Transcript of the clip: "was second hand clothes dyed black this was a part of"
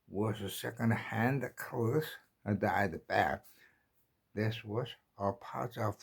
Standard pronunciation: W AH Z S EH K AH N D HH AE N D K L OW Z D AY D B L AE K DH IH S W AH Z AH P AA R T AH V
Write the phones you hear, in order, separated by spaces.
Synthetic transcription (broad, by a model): W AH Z S EH K AH N D HH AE N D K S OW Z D AY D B AE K DH IH S W AH Z AH P AA R T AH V